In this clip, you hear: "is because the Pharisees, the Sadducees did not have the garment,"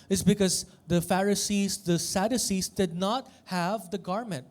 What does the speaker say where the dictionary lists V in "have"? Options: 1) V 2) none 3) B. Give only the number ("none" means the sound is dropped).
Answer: 1